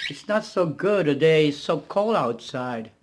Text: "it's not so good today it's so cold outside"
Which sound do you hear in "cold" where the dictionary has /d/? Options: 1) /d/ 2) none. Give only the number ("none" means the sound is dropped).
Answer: 2